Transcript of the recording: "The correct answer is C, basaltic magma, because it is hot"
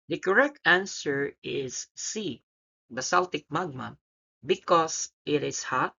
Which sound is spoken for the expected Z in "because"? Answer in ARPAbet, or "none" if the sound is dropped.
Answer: S